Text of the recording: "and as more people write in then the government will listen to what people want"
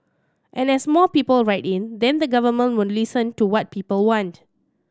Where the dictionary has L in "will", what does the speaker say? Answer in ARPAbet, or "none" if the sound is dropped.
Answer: N